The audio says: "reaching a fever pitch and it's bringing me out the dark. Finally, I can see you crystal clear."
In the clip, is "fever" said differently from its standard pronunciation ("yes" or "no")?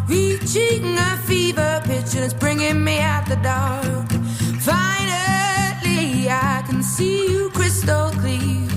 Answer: no